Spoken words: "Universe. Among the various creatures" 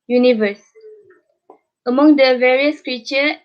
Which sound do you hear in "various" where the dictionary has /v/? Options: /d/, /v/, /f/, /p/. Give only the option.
/v/